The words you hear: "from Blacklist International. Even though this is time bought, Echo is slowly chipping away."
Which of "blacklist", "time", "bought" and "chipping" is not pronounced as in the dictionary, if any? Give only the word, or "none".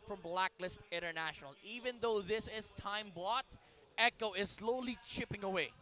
none